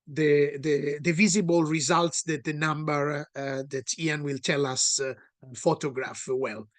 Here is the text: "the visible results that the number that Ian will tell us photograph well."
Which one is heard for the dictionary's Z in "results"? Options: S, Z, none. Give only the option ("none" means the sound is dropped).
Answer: Z